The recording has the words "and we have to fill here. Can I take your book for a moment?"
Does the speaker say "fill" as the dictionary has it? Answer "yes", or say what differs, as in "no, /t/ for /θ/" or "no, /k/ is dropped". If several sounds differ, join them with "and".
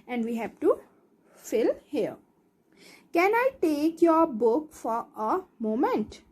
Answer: yes